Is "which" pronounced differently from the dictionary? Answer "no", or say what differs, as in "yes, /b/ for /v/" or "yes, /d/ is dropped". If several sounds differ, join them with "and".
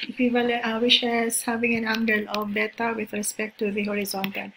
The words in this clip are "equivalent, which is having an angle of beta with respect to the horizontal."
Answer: yes, /ʃ/ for /tʃ/